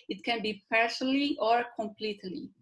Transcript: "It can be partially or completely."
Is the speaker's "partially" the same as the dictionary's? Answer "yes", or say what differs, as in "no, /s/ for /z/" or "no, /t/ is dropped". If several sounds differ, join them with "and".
no, /s/ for /ʃ/